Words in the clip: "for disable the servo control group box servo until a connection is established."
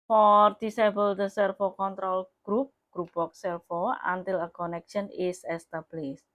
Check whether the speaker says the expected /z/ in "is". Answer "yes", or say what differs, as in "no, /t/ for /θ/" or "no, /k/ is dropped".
no, /s/ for /z/